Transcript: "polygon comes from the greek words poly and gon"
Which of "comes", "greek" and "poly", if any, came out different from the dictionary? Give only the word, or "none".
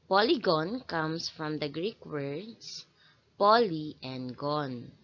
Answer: comes